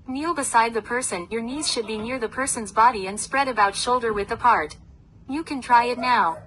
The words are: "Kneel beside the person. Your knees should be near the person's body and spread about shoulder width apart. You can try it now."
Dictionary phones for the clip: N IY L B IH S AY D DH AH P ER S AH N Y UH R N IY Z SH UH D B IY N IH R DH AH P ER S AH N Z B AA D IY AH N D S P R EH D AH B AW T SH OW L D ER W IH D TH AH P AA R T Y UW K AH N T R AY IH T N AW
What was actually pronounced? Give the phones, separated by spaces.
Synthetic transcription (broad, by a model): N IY L B IH S AY D DH AH P ER S AH N Y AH R N IY Z SH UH D B IY N IH R DH AH P ER S AH N Z B AA D IY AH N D S P R EH D AH B AW T SH OW L D ER W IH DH AH P AA R T Y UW K AH N T R AY IH T N AW